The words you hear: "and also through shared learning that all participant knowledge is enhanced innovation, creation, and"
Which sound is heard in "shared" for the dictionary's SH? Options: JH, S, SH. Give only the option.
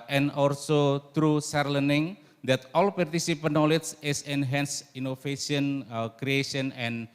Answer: S